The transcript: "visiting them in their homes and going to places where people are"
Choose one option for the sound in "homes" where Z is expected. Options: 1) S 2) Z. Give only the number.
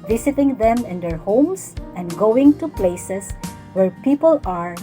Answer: 1